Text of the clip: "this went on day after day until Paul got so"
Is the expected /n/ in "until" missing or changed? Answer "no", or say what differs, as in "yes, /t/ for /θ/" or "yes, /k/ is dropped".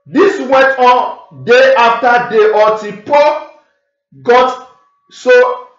yes, /n/ is dropped